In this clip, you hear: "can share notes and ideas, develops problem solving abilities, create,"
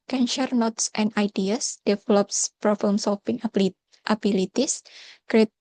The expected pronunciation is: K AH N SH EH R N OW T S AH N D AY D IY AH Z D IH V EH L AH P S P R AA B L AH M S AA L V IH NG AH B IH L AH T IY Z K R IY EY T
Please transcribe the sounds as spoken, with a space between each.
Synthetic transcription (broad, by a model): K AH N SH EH R N OW T S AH N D AY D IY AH S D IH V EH L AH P S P R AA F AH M S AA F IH NG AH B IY L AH T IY S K R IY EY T